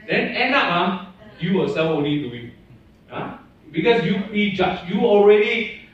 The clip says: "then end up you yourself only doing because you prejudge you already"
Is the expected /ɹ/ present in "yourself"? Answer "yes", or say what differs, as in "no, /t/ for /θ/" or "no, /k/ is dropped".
no, /w/ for /ɹ/